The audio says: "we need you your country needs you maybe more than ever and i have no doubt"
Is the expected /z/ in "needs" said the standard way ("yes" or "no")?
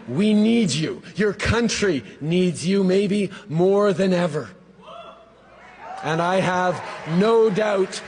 yes